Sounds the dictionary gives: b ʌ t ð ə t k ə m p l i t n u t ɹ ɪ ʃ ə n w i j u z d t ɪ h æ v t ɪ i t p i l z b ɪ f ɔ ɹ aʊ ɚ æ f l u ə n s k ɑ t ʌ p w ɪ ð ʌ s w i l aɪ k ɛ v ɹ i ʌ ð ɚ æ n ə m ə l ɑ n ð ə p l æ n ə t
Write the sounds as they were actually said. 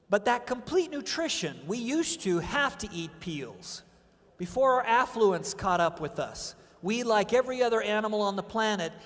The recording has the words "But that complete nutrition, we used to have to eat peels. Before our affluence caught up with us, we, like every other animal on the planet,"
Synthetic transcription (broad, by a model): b ʌ t ð ə t k ə m p l i t n u t ɹ ɪ ʃ ə n w i j u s t ɪ h æ f t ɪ i t p i l z b ɪ f ɔ ɹ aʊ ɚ æ f l u ə n s k ɑ t ʌ p w ɪ ð ʌ s w i l aɪ k ɛ v ɹ i ʌ ð ɚ æ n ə m l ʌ n ð ə p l æ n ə t